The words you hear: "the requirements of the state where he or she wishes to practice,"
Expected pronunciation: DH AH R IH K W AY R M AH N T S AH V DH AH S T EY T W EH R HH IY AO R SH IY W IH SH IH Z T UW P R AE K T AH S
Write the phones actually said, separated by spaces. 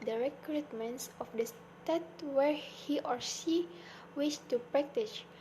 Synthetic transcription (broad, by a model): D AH R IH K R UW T M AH N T S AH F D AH S T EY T W EH R HH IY AO R S IY W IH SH T UW P R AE K T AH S